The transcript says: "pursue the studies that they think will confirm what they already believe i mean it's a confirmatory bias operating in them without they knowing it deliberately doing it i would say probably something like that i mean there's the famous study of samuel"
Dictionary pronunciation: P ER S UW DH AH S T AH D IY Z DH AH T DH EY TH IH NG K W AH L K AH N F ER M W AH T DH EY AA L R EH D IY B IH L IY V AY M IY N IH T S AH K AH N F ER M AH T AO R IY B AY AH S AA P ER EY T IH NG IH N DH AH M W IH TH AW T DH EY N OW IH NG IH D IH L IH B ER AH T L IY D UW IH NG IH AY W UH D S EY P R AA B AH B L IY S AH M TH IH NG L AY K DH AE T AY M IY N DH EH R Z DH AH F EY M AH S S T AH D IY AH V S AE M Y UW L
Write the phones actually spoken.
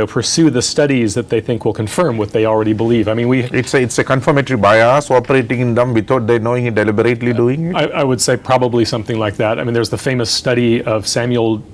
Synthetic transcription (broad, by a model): P ER S UW DH AH S T AH D IY Z DH AH T DH EY TH IH NG K W AH L K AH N F ER M W AH T DH EY AA L R EH D IY B IH L IY V AY M IY N IH T S AH K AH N F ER M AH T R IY B AY AH S AA P ER EY T IH NG IH N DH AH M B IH T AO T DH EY N OW IH NG IH D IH L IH B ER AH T L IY D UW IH NG IH AY W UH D S EY P R AA B AH B L IY S AH M TH IH NG L AY K DH AE T AY M IY N DH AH R Z DH AH F EY M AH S S T AH D IY AH V S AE M Y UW L